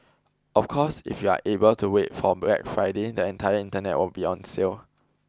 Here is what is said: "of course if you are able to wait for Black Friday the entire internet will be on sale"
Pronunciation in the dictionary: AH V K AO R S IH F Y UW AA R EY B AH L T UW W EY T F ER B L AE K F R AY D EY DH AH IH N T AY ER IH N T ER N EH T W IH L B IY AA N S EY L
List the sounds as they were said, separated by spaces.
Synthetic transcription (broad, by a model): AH F K AO S IH F Y UW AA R EY B AH L T UW W EY T F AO B EH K F R AY D EY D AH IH N T AY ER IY N T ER N EH T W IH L B IY AA N S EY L